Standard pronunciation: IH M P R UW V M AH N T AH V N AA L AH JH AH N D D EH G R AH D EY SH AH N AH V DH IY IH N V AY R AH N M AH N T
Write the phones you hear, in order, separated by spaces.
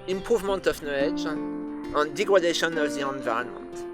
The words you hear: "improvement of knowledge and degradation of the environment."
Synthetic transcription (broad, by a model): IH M P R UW V M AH N T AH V N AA AH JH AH N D D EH G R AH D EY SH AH N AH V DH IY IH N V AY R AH N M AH N T